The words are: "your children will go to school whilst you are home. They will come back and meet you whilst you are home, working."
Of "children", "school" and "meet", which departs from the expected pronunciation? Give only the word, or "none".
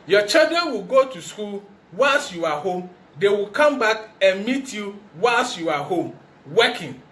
children